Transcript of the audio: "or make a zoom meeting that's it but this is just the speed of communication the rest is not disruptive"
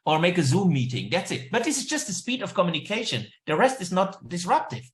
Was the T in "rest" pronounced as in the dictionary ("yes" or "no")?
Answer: yes